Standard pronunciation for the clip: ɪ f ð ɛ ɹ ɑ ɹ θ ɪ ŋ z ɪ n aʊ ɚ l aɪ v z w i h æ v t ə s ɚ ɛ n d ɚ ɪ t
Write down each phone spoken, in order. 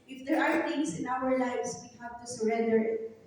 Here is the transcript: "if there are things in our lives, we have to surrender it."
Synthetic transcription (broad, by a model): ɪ f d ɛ ɹ ɑ ɹ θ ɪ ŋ s ɪ n aʊ ɚ l aɪ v s w i h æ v t ə s ɚ ɛ n d ɚ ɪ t